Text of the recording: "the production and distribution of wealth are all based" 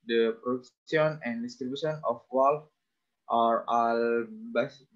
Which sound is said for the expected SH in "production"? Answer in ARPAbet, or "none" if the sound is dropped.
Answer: S